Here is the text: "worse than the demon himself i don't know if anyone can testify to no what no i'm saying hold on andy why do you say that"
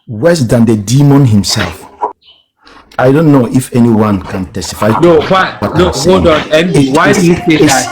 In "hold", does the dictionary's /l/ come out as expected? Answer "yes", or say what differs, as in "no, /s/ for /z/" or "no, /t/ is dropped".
no, /l/ is dropped